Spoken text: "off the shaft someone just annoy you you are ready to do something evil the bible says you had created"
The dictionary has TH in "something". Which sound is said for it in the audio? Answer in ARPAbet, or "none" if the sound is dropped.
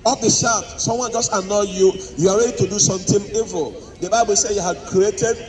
T